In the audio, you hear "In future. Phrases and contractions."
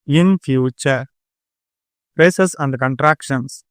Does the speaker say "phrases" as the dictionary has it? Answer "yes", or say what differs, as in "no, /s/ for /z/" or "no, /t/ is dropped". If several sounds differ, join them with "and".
no, /p/ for /f/ and /s/ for /z/